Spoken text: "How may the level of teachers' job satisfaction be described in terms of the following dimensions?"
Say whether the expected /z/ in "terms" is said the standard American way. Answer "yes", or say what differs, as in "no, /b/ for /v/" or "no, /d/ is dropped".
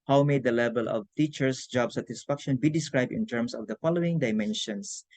no, /s/ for /z/